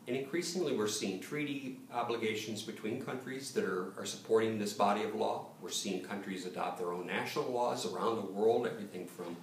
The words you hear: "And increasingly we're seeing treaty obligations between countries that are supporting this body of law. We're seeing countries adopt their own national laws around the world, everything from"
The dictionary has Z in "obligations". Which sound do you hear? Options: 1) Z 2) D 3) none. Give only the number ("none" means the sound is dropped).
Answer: 1